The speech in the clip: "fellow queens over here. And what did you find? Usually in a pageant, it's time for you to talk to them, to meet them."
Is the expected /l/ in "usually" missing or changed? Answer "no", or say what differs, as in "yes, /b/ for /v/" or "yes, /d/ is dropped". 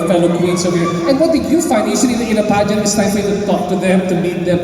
yes, /n/ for /l/